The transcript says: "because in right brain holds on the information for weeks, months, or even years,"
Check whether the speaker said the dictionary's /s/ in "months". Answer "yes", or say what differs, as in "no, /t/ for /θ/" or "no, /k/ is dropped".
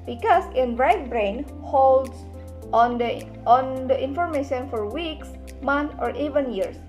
no, /s/ is dropped